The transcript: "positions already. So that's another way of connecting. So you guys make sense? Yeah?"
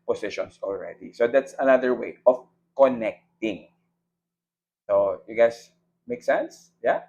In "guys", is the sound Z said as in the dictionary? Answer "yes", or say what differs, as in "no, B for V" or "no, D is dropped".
no, S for Z